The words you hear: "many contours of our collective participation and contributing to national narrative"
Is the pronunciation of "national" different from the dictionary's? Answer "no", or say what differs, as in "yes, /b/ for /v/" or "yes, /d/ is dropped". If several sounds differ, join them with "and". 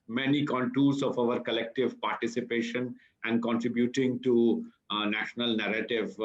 no